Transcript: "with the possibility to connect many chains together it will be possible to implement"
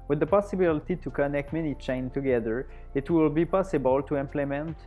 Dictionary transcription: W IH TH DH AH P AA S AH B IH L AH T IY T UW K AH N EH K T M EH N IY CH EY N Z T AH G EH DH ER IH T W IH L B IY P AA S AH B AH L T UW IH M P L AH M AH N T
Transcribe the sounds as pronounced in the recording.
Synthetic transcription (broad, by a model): W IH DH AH P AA S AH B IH L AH T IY T UW K AH N EH K T M EH N IY CH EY N T AH G EH DH ER IH T W IH L B IY P AA S AH B AH L T UW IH M P L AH M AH N T